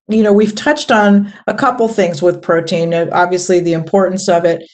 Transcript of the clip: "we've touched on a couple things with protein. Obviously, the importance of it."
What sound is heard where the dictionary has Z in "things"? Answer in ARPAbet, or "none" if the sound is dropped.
Z